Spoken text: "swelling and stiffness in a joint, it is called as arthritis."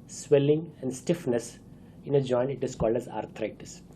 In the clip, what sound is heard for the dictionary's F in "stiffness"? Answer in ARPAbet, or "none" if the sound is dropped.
F